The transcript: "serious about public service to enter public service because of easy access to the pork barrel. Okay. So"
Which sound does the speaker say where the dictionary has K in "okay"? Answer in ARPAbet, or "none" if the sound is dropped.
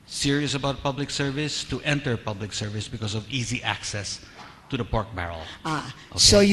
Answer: none